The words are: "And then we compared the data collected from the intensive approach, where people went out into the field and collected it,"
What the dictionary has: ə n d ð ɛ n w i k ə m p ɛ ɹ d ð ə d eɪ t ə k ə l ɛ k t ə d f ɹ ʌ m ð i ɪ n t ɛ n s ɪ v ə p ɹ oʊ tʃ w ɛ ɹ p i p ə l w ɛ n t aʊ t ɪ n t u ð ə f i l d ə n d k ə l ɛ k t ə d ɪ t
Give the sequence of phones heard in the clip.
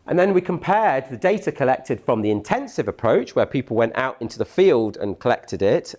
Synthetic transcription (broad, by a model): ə n ð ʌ n w i k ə m p ɛ d ð ə d eɪ t ə k ə l ɛ k t ə d f ɹ ʌ m ð i ɪ n t ɛ n s ɪ v ə p ɹ oʊ tʃ w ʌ p i p ə l w ɛ n t aʊ t ɪ n t u ð ə f i l d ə n k ə l ɛ k t ə d ɪ t